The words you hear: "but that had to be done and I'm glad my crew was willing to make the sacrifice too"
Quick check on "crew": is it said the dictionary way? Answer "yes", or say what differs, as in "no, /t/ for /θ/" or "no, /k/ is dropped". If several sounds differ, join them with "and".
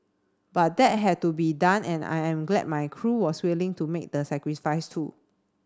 yes